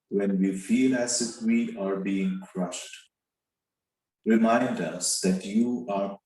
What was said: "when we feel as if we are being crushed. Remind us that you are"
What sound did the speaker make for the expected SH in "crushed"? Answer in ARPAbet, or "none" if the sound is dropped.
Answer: SH